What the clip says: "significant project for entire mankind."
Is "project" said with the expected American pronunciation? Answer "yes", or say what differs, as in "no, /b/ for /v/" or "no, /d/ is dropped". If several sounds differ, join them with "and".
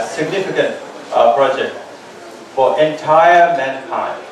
yes